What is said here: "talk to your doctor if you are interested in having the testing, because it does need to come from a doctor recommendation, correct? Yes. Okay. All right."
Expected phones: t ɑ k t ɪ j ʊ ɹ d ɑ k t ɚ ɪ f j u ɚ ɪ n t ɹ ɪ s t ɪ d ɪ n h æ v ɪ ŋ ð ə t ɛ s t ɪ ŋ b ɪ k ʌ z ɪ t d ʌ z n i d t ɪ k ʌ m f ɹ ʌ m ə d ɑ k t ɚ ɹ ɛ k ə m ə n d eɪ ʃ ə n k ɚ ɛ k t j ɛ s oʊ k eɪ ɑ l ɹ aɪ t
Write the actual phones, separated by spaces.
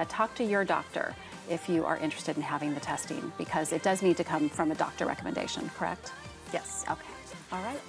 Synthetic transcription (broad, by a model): t ɑ k t ɪ j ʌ ɹ d ɑ k t ɚ ɪ f j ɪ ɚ ɪ n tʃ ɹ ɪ s t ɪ d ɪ n h æ v ɪ ŋ ð ə t ɛ s t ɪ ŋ b ɪ k ʌ z ɪ t d ʌ z n i d t ɪ k ʌ m f ɹ ʌ m ə d ɑ k t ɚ ɹ ɛ k ə m ə n d eɪ ʃ ə n k ɚ ɛ k t j ɛ s oʊ k eɪ ɑ l ɹ aɪ t